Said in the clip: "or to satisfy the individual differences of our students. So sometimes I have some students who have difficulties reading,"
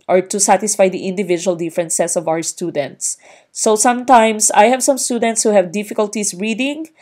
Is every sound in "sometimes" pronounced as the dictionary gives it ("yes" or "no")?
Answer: no